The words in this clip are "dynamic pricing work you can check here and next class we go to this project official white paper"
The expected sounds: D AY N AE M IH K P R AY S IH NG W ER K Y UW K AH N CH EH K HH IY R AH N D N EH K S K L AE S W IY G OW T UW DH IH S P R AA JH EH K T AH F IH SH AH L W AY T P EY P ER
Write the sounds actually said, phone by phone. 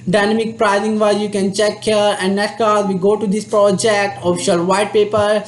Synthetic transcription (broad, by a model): D AY N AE M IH K P R AY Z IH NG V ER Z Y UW K AH N CH EH K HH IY R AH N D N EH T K AA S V IY G OW T UW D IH S P R AA JH EH K T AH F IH SH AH L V AY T P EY P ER